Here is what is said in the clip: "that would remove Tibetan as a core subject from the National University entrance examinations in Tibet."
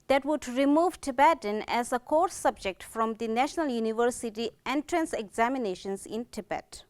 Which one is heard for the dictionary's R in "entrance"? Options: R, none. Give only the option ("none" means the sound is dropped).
R